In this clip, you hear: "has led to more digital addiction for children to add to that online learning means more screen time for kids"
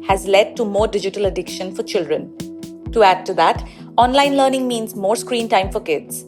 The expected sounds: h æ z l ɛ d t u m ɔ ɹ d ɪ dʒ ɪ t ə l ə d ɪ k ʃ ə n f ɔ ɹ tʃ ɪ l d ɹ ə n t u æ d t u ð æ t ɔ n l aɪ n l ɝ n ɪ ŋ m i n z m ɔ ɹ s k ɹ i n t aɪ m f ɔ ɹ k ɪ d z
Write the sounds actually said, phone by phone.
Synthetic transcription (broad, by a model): h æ z l ɛ d t u m ɔ ɹ d ɪ dʒ ɪ t ə l ə d ɪ k ʃ ə n f ɔ ɹ tʃ ɪ l d ɹ ə n t u æ d t u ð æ t ɔ n l aɪ n l ɝ n ɪ ŋ m i n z m ɔ ɹ s k ɹ i n t aɪ m f ɔ ɹ k ɪ d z